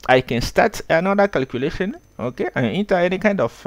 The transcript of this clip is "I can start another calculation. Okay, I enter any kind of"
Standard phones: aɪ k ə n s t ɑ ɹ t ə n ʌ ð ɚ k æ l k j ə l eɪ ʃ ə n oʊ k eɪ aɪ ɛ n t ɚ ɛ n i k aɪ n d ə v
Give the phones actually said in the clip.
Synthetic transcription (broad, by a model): aɪ k ə n s t ɑ t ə n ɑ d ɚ k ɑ l k j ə l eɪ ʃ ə n oʊ k eɪ aɪ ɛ n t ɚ ɛ n i k aɪ n d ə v